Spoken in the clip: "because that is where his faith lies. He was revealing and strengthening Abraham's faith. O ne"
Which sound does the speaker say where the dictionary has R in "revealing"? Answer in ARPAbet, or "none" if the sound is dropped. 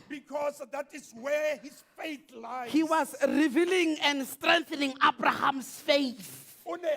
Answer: R